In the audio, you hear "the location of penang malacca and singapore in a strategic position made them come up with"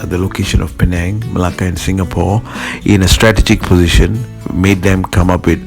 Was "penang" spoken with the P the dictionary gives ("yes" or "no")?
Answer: yes